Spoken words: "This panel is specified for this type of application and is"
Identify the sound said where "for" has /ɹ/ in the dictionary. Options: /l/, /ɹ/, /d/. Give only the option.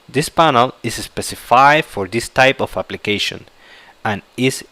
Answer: /ɹ/